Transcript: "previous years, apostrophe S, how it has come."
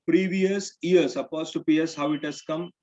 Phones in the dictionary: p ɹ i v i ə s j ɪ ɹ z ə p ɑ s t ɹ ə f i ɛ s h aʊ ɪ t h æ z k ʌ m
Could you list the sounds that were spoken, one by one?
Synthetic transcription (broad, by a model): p ɹ i v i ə s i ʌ ɹ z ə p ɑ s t ə p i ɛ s h aʊ ɪ t h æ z k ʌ m